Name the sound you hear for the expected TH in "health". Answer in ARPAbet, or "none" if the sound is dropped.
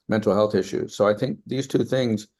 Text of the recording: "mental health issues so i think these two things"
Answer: TH